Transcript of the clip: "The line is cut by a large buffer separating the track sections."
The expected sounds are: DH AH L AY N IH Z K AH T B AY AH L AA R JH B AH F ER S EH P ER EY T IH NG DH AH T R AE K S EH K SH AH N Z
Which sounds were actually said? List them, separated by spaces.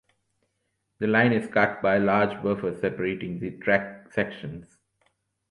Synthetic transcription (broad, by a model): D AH L AY N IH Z K AH T B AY AH L AA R JH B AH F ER S EH P ER EY T IH NG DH T R AE K S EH K SH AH N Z